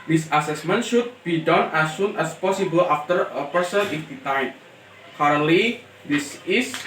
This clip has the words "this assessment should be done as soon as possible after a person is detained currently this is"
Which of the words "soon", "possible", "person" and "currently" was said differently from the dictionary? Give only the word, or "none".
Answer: currently